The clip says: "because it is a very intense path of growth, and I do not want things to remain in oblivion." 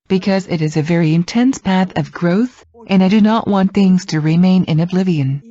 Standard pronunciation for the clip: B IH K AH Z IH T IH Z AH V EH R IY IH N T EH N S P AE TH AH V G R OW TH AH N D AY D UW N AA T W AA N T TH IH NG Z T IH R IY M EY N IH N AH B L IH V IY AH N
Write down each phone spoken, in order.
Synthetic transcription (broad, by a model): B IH K AH Z IH T IH Z AH V EH R IY IH N T EH N S P AE TH AH V G R OW TH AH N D AY D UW N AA T W AA N TH IH NG Z T IH R IY M EY N IH N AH B L IH V IY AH N